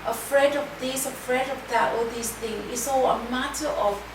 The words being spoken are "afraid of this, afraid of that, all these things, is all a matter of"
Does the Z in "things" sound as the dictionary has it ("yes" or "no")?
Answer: no